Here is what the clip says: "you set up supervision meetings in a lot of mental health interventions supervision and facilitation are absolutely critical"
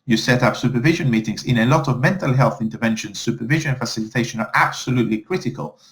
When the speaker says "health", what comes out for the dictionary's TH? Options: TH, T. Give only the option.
TH